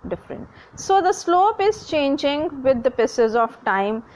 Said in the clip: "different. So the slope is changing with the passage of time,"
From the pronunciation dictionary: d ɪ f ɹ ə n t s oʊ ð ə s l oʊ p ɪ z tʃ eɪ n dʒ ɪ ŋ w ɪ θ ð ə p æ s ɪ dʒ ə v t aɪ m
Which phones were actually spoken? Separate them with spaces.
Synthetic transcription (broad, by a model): d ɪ f ɹ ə n t s oʊ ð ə s l oʊ p ɪ z tʃ eɪ n dʒ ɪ ŋ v ɪ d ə p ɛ s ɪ z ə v t aɪ m